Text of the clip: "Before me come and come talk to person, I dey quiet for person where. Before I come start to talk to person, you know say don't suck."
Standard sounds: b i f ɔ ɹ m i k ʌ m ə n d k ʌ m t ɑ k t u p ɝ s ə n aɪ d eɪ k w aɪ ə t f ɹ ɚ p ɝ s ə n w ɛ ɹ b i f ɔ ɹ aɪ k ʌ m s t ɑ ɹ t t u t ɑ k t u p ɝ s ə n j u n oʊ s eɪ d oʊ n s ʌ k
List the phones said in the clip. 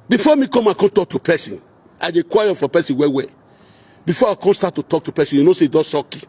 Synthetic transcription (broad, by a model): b i f ɔ m i k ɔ m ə k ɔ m t ɑ k t u p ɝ s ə n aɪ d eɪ k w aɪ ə f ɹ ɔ p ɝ s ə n w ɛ w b i f ɔ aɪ k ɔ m s t ɑ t t u t ɑ k t u p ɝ s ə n j u n oʊ s eɪ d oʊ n s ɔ k